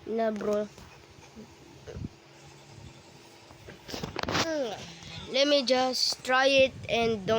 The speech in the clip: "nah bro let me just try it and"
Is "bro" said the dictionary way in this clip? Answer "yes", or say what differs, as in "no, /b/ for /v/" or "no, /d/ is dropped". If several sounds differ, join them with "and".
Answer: yes